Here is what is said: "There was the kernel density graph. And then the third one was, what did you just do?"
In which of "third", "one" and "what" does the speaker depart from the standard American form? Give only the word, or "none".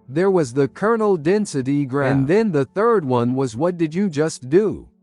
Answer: none